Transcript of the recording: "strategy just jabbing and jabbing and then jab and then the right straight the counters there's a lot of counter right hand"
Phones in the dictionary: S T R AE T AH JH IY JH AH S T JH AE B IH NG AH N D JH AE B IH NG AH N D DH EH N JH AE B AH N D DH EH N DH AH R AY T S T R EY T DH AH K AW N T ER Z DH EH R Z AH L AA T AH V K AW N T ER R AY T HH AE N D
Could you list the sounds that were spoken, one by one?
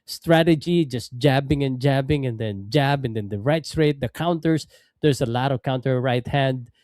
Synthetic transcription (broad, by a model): S T R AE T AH JH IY JH AH S T JH AE B IH NG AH N JH AE B IH NG AH N D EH N JH AE B AH N D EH N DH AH R AY T S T R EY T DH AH K AW N T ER S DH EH R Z AH L AA T AH V K AW N T ER R AY T HH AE N D